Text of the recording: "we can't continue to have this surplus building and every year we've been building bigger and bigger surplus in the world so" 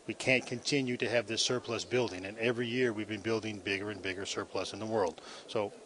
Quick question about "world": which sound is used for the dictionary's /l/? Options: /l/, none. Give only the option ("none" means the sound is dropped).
/l/